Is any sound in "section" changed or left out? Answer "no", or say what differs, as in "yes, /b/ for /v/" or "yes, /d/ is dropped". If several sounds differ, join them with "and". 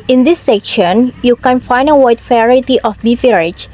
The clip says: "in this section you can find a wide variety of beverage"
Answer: no